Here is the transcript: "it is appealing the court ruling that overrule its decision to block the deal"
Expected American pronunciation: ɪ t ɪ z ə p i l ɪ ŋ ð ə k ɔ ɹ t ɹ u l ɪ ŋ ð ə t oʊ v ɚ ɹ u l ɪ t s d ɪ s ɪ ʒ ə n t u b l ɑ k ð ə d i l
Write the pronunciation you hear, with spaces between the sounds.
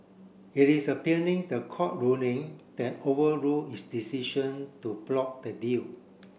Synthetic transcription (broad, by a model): ɪ t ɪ s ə p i n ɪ ŋ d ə k ɔ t ɹ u n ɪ ŋ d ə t oʊ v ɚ ɹ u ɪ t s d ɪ s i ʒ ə n t u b l ɑ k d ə d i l